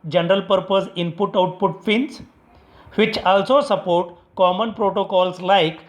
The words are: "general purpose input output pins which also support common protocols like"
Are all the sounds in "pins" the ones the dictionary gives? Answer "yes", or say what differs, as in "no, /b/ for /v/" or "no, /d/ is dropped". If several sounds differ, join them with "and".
no, /f/ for /p/